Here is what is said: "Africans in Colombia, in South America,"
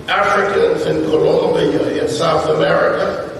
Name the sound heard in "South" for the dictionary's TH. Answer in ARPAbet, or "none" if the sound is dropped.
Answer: TH